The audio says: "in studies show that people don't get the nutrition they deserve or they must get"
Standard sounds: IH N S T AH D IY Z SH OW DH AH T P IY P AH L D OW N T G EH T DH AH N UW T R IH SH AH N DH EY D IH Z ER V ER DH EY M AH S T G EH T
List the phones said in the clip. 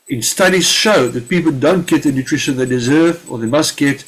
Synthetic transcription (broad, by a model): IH N S T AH D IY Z SH OW DH AH T P IY P AH L D OW N T G EH T DH AH N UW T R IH SH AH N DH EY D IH Z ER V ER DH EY M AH S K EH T